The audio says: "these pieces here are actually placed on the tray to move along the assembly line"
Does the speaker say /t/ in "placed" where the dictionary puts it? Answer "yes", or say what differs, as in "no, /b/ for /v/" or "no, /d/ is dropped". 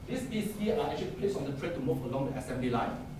no, /t/ is dropped